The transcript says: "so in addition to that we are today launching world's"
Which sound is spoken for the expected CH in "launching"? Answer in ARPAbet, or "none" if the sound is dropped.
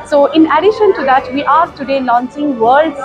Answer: S